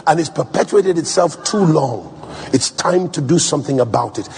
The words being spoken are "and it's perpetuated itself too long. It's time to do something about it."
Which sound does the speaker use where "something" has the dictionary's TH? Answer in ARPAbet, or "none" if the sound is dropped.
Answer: TH